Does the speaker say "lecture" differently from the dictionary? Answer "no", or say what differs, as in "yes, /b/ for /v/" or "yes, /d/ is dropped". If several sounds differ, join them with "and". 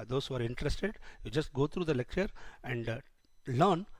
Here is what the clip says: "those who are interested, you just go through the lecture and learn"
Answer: no